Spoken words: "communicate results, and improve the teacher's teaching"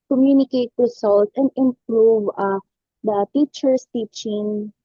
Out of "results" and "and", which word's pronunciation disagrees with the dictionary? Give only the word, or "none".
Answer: results